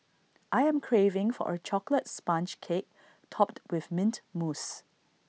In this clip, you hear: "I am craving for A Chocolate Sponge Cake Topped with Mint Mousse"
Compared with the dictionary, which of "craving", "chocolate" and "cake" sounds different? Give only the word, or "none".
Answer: none